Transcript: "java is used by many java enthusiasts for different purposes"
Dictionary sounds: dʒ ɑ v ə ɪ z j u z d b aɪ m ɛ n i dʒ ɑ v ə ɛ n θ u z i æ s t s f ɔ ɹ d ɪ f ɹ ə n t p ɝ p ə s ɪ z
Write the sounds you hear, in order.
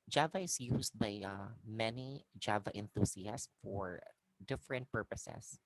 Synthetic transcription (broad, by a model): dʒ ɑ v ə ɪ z j u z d b aɪ m ɛ n i dʒ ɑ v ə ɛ n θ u s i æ s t f ɔ ɹ d ɪ f ɹ ə n t p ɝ p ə s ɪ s